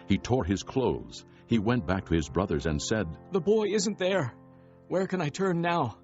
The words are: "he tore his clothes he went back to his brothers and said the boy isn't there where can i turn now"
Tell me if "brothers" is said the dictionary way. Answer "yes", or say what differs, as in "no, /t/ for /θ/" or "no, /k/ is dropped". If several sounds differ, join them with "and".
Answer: yes